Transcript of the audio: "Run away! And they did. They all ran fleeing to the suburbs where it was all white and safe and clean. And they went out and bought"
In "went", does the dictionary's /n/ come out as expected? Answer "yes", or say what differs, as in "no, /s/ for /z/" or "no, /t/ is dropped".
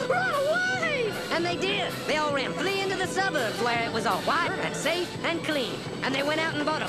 no, /n/ is dropped